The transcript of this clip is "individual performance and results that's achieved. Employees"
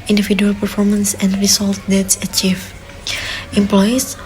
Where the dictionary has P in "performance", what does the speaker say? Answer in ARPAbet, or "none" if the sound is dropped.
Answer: P